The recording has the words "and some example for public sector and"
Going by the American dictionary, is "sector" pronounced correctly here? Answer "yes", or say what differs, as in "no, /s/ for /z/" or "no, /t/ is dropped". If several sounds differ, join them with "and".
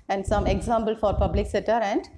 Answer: no, /k/ is dropped